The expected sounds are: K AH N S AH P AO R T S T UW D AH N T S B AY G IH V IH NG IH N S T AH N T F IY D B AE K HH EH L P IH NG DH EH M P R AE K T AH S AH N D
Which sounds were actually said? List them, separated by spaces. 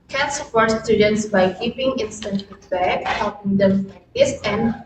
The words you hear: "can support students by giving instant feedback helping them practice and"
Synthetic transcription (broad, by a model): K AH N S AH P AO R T S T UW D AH N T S B AY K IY P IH NG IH N S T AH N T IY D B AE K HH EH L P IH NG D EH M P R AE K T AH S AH N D